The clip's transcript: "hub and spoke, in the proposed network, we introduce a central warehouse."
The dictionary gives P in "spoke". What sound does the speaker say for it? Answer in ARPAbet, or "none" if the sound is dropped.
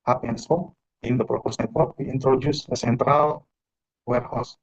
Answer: none